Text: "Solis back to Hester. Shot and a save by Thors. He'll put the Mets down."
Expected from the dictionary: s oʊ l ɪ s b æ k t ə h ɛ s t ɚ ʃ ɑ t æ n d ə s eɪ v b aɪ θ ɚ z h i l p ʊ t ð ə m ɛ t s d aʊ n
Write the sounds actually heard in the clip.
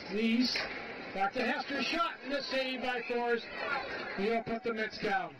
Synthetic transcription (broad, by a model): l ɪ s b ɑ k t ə h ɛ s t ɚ ʃ ɑ t n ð ə s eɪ b aɪ f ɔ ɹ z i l p ʊ t ð ə m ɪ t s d aʊ n